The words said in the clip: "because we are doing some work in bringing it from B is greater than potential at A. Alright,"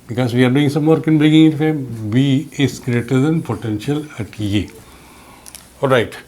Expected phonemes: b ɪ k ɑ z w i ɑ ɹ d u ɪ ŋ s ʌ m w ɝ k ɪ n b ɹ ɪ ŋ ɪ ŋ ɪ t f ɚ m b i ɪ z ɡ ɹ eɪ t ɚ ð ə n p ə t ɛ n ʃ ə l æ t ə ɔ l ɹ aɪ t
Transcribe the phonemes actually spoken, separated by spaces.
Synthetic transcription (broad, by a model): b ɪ k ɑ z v i ɑ ɹ d u ɪ ŋ s ʌ m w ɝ k ɪ n b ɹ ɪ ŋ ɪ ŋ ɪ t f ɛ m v i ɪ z ɡ ɹ eɪ t ɚ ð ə n p ə t ɛ n ʃ ə l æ t ə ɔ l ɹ aɪ t